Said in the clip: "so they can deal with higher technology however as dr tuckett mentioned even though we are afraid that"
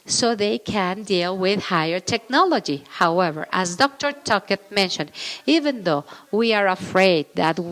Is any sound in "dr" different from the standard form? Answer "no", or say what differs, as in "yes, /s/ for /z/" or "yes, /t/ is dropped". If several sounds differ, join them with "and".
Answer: no